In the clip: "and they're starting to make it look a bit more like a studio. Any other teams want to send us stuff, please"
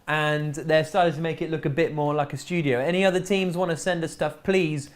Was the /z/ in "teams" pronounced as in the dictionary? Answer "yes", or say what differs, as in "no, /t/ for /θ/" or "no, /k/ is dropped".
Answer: yes